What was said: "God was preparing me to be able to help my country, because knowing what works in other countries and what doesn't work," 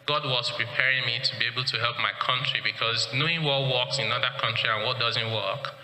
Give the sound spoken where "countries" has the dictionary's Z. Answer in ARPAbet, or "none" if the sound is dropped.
none